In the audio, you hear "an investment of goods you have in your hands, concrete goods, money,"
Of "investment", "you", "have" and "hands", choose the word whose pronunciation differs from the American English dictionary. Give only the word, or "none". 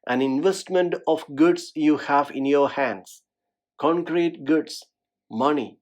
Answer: hands